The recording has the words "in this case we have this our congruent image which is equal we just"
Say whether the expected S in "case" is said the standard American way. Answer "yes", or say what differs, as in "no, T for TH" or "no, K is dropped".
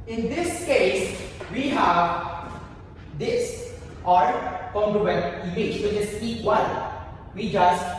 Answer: yes